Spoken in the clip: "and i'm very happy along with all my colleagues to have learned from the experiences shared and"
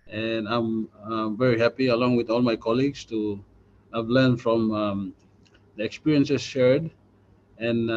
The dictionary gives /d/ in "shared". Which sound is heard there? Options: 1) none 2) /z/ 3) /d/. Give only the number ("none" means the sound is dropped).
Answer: 3